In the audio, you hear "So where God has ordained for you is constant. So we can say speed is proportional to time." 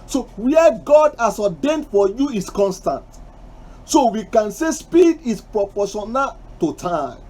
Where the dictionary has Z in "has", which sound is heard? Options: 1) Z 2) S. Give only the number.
2